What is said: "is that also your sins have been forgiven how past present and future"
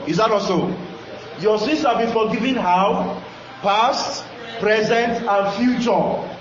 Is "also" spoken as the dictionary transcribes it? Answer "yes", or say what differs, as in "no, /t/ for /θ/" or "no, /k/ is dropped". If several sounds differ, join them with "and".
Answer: no, /l/ is dropped